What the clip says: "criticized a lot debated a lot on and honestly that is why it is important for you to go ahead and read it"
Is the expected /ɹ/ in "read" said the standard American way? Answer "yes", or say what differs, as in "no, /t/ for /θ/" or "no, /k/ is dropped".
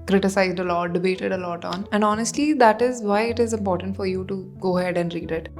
yes